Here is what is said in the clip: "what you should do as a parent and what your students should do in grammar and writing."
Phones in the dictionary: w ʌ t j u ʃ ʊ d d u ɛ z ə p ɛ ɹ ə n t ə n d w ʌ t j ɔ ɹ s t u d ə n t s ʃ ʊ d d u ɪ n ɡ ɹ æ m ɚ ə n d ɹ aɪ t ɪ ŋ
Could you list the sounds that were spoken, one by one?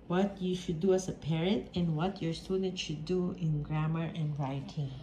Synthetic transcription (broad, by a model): w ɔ t j u ʃ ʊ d d u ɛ s ə p ɛ ɹ ə n t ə n w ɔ t j ɔ ɹ s t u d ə n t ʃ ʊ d d u ɪ n ɡ ɹ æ m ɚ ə n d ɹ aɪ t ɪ